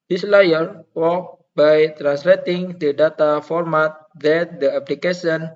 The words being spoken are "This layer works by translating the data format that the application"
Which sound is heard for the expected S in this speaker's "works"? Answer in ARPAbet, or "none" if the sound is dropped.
none